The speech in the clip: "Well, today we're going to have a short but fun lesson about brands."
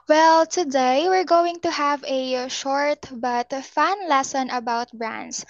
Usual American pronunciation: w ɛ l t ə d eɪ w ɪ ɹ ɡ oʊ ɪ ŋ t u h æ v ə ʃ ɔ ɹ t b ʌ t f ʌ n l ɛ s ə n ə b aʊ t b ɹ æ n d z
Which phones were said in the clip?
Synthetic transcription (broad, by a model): w ɛ l t ə d eɪ w ɪ ɹ ɡ oʊ ɪ ŋ t u h æ v ə ʃ ɔ ɹ t b ʌ t f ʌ n l ɛ s ə n ə b aʊ t b ɹ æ n d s